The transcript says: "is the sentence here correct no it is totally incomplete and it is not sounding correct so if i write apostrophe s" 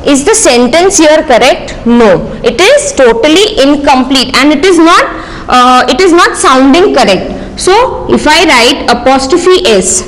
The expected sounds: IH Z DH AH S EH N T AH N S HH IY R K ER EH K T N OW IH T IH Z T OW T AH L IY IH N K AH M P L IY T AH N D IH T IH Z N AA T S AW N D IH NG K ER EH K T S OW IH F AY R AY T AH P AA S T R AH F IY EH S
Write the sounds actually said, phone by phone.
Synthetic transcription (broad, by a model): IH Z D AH S EH N T AH N S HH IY R K ER EH K T N OW IH T IH Z T OW T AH L IY IH N K AH M P L IY T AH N D IH T IH Z N AA T S AW N D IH NG K ER EH K T S OW IH F AY R AY T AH P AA S T AH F IY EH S